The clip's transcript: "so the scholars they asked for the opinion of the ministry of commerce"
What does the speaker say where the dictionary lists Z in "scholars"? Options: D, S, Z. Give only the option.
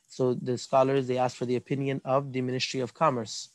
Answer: Z